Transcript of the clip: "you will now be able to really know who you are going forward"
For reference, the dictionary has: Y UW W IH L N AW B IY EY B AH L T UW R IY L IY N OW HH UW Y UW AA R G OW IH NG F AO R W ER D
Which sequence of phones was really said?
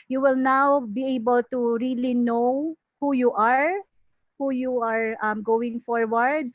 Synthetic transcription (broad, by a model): Y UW W IH L N AW B IY EY B AH L T UW R IY L IY N OW HH UW Y UW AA R G OW IH NG F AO R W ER D